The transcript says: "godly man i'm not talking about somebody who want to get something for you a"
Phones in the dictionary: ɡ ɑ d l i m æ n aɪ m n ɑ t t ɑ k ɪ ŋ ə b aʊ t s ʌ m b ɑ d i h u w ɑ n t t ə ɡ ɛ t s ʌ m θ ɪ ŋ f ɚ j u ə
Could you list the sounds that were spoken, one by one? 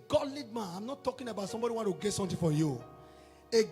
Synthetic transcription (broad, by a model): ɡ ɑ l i m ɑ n aɪ m n ɑ t t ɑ k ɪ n ə b aʊ t s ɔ m b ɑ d i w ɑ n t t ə ɡ ɛ t s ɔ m t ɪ f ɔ j u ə